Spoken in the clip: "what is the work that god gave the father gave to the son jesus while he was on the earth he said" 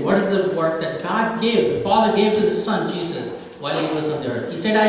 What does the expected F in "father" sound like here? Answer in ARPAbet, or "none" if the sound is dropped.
F